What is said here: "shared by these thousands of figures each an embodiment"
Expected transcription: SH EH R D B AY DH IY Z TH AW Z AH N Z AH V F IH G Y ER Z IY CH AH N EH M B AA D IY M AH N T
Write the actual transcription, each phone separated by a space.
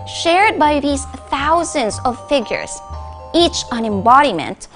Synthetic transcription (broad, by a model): SH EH R D B AY DH IY Z TH AW Z AH N Z AH V F IH G Y ER Z IY CH AH N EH M B AA D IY M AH N T